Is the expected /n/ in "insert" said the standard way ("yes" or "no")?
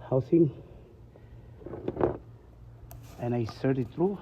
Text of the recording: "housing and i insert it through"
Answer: no